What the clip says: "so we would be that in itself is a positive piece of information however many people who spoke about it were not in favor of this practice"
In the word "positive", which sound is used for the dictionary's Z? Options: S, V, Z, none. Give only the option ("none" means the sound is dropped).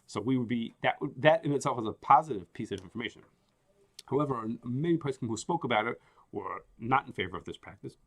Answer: Z